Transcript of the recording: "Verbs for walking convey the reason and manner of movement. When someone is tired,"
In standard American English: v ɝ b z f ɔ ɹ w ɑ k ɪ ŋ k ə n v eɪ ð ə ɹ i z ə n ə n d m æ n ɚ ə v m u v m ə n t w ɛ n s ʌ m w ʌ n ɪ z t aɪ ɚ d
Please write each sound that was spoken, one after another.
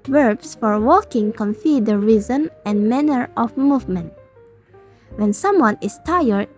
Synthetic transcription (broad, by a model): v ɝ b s f ɔ ɹ w ɑ k ɪ ŋ k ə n f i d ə ɹ i z ə n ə n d m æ n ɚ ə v m u v m ə n t w ɛ n s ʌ m w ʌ n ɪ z t aɪ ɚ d